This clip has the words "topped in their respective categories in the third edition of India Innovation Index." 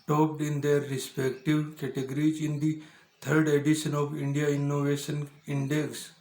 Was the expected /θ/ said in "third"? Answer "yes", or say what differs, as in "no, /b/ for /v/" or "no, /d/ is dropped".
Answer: no, /t/ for /θ/